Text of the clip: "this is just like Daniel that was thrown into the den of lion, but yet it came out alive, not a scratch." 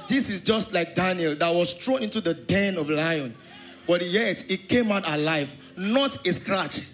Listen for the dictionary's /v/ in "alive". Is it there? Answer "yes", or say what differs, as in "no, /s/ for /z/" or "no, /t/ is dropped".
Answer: yes